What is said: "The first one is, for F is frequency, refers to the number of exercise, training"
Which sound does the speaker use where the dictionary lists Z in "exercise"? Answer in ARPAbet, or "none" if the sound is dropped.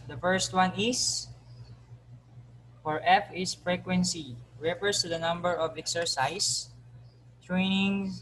S